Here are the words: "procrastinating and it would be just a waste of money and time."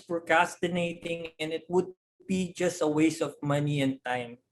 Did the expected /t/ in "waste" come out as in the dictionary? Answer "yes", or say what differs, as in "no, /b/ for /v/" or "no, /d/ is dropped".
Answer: no, /t/ is dropped